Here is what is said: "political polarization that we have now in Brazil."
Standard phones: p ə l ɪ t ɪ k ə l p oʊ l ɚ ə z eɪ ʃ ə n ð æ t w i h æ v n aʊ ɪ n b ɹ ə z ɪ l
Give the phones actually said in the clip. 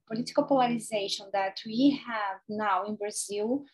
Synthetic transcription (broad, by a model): p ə l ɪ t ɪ k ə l p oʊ l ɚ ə z eɪ ʃ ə n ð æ t w i h æ v n aʊ ɪ n b ɹ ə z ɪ l